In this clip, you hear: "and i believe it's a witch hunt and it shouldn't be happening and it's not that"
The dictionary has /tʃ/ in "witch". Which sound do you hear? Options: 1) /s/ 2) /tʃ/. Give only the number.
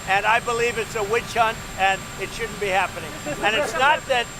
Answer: 2